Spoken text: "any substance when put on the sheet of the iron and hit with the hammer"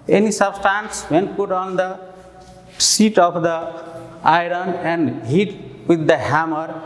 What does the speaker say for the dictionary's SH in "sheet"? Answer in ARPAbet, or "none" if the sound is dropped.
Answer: S